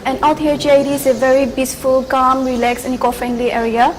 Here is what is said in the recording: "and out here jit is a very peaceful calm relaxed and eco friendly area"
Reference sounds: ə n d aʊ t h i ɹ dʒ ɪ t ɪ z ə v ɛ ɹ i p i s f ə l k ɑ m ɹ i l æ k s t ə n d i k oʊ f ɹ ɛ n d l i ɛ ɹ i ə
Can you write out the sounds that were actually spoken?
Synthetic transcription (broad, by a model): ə n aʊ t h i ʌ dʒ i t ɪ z ə v ɛ ɹ i b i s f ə l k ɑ m ɹ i l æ k s ə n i k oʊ f ɹ ɛ n d l i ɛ ɹ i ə